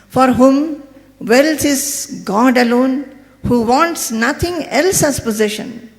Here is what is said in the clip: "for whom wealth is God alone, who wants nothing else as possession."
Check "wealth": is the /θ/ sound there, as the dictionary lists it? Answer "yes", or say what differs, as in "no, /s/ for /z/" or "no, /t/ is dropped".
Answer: no, /s/ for /θ/